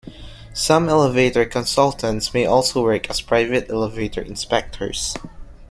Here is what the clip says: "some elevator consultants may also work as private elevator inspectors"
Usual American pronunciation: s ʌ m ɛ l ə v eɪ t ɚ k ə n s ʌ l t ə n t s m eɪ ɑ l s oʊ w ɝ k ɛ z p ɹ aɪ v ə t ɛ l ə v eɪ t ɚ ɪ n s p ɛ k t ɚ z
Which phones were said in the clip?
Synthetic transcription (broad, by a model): s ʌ m ɛ l ə v eɪ t ɚ k ə n s ʌ l t ə n t s m eɪ ɑ l s oʊ w ɝ k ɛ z p ɹ aɪ v ə t ɛ l ə v eɪ t ɚ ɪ n s p ɛ k t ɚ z